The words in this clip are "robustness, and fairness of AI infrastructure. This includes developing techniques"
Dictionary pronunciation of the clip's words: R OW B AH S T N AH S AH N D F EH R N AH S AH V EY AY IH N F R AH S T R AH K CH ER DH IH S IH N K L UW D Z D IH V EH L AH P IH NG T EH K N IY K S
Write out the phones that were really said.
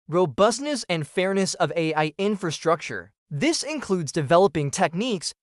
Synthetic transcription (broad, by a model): R OW B AH S T N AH S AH N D F EH R N AH S AH V EY AY IH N F R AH S T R AH K CH ER DH IH S IH N K L UW D Z D IH V EH L AH P IH NG T EH K N IY K S